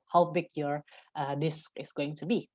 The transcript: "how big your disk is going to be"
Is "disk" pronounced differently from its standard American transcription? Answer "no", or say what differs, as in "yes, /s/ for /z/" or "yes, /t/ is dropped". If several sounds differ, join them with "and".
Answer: no